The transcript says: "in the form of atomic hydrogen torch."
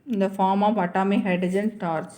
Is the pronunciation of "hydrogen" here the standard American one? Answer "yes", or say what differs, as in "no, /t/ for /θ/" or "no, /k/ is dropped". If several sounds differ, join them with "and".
no, /ɹ/ is dropped